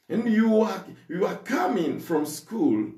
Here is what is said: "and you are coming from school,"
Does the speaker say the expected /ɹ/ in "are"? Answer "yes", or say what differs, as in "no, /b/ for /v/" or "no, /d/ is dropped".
no, /w/ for /ɹ/